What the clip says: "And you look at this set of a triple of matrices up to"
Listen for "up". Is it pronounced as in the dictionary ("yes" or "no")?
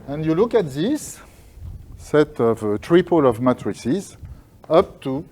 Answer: yes